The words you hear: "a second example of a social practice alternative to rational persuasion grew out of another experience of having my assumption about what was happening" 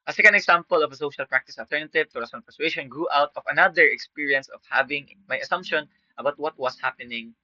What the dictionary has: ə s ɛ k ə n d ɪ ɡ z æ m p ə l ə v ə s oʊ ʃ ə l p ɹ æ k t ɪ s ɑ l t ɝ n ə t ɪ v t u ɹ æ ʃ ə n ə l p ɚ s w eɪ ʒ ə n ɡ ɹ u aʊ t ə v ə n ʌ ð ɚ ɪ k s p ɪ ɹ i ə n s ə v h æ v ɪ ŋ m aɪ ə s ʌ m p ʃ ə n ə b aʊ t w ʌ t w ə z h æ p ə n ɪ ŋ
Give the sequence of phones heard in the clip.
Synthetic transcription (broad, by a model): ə s ɛ k ə n d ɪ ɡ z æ m p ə l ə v ə s oʊ ʃ ə l p ɹ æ k t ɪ s ɑ l t ɝ n ə t ɪ v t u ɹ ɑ s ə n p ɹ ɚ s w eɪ ʃ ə n ɡ ɹ u aʊ t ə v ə n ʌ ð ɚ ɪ k s p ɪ ɹ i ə n s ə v h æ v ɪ ŋ m aɪ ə s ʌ m p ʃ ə n ə b aʊ t w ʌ t w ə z h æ p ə n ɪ ŋ